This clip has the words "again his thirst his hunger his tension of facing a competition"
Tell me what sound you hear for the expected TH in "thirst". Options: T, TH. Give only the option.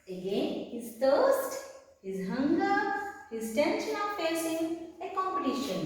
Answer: T